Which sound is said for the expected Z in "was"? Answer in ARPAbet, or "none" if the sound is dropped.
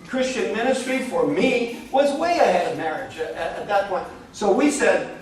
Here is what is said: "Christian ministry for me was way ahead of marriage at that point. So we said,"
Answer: Z